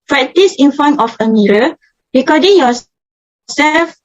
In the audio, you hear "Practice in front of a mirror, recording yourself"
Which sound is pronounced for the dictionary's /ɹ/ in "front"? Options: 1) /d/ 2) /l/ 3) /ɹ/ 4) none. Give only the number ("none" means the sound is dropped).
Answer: 4